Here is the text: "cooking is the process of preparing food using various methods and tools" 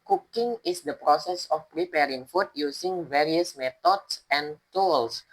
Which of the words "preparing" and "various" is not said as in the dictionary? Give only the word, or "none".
none